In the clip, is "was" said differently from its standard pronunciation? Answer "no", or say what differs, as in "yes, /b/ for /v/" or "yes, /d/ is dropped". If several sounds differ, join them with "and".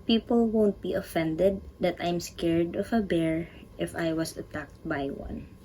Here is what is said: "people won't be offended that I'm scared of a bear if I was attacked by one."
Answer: yes, /s/ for /z/